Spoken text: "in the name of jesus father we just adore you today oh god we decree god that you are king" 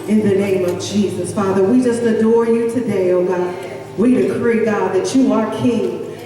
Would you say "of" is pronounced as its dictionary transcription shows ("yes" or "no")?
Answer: yes